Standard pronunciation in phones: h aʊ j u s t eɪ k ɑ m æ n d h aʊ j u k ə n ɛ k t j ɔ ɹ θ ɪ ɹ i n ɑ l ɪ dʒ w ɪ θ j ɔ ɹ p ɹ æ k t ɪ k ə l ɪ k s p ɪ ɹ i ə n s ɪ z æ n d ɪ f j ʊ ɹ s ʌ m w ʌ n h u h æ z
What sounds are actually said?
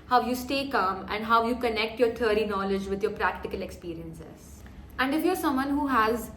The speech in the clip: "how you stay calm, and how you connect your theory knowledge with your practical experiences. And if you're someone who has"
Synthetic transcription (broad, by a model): h aʊ j u s t eɪ k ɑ m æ n d h aʊ j u k ə n ɛ k t j ɔ ɹ t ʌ ɹ i n ɑ l ɪ dʒ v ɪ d j ɔ ɹ p ɹ æ k t ɪ k ə l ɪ k s p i ɹ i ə n s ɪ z æ n d ɪ f j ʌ ɹ s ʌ m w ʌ n h u h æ z